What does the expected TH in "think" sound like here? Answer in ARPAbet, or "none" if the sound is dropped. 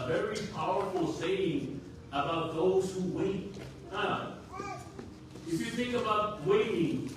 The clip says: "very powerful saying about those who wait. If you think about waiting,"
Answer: TH